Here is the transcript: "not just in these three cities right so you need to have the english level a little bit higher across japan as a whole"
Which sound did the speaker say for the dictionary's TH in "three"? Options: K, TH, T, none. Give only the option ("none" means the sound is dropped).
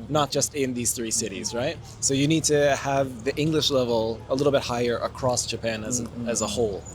TH